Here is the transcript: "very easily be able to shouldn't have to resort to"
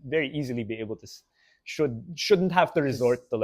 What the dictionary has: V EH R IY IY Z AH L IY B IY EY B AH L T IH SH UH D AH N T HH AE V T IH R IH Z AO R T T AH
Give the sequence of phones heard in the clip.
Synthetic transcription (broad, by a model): V EH R IY IY Z AH L IY B IY EY B AH L T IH SH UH D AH N T HH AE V T IH R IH Z AO R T T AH